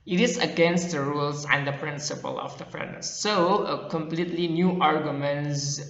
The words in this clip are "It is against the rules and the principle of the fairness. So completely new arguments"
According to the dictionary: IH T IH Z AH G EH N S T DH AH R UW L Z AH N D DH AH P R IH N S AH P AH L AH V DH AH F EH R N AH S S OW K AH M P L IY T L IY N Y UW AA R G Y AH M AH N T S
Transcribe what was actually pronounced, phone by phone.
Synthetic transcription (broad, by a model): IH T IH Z AH G EH N S T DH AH R UW L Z AH N D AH P R IH N S AH P AH L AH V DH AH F R AH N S OW K AH M P L IY T L IY N Y UW AA R G Y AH M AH N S